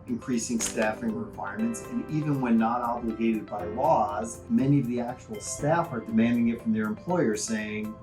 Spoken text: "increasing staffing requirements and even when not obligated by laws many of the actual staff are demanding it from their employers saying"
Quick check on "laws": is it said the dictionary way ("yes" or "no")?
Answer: yes